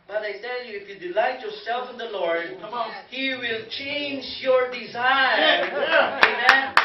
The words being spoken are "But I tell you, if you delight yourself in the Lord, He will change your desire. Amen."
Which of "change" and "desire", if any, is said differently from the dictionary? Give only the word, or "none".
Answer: none